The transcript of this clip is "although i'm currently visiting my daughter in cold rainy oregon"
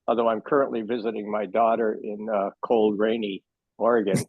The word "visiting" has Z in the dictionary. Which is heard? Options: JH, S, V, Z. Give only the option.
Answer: Z